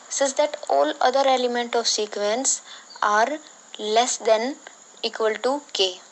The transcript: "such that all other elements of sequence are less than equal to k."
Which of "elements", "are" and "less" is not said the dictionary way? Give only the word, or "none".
elements